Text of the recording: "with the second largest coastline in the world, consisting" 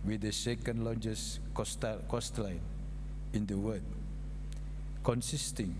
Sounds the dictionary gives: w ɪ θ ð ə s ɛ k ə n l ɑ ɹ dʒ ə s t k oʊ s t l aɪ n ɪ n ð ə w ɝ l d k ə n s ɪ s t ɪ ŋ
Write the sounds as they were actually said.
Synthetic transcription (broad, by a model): w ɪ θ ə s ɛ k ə n l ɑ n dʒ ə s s k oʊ s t l aɪ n ɪ n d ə w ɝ d k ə n s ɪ s t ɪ ŋ